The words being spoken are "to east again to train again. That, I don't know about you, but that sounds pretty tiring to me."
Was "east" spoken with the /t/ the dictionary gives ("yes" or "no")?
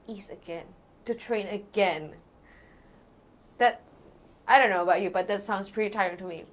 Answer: no